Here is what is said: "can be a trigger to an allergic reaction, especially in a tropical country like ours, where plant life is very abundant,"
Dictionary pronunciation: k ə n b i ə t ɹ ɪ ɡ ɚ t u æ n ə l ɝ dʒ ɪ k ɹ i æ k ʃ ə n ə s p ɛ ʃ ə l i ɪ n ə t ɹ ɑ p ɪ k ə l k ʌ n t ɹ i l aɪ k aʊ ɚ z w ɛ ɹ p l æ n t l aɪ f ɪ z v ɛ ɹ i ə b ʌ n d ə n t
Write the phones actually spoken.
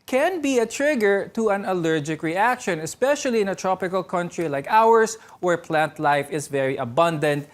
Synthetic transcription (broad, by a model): k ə n b i ə t ɹ ɪ ɡ ɚ t u æ n ə l ɝ dʒ ɪ k ɹ i æ k ʃ ə n ə s p ɛ ʃ ə l i ɪ n ə t ɹ ɑ p ɪ k ə l k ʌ n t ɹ i l aɪ k aʊ ɚ s w ɛ ɹ p l æ n t l aɪ f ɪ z v ɛ ɹ i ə b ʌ n d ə n t